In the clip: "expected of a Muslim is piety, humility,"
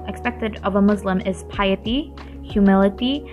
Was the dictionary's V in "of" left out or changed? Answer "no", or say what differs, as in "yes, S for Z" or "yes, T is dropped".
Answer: no